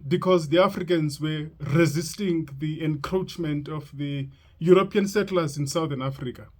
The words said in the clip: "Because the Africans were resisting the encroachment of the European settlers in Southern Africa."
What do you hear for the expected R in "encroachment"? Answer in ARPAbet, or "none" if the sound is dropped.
R